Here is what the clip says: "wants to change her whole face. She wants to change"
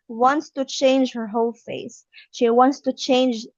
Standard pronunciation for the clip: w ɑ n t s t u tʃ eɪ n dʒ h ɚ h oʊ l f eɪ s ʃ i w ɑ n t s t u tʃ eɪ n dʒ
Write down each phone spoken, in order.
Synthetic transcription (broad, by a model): w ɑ n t s t u tʃ eɪ n dʒ h ɚ h oʊ l f eɪ s ʃ i w ɑ n t s t u tʃ eɪ n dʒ